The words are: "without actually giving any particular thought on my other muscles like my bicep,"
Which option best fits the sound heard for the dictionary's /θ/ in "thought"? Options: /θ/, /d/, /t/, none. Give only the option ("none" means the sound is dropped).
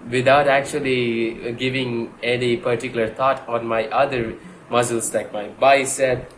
/t/